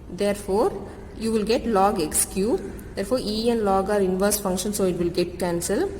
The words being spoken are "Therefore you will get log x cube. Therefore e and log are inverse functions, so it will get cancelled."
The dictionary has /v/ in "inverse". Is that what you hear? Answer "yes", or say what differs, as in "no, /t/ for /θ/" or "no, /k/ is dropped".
yes